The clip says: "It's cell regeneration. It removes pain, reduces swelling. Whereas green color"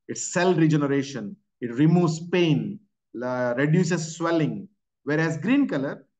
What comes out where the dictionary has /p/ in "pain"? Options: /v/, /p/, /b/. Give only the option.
/p/